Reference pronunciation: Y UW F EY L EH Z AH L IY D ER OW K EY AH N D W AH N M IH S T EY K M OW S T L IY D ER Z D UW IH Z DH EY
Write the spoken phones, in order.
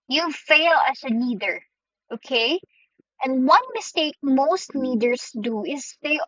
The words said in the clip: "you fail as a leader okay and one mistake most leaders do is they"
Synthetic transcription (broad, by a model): Y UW F EY L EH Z AH N IY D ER OW K EY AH N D W AH N M IH S T EY K M OW S T N IY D ER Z D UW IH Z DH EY